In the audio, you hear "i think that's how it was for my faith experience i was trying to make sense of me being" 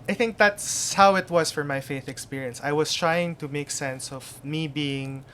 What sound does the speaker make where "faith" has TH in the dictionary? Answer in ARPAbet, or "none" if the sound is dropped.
TH